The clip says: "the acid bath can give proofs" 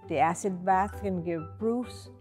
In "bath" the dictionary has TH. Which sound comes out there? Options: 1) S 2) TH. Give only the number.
2